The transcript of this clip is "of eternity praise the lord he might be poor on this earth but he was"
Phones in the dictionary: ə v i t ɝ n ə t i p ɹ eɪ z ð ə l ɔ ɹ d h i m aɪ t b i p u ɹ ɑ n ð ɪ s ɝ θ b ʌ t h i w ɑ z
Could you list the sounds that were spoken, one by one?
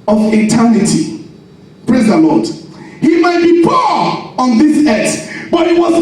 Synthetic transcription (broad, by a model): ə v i t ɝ n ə t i p ɹ eɪ z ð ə l ɔ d h i m aɪ t b i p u ɑ n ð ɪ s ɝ s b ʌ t h i w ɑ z